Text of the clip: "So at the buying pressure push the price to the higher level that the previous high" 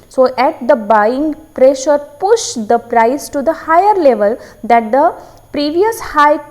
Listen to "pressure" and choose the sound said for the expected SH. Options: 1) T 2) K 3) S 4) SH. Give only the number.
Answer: 4